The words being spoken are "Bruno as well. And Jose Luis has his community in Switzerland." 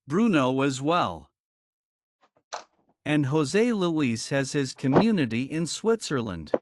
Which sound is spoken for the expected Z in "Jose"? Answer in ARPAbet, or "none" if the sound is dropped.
Z